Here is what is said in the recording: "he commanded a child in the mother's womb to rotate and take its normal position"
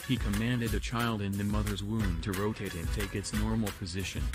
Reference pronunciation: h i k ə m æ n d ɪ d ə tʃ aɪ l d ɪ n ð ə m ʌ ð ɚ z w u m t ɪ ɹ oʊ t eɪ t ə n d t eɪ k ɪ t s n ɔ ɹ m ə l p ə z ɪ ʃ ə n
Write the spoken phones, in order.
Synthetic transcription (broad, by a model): h i k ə m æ n d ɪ d ə tʃ aɪ l d ɪ n ð ə m ʌ ð ɚ z w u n t ɪ ɹ oʊ t eɪ t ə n t eɪ k ɪ t s n ɔ ɹ m l p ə z ɪ ʃ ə n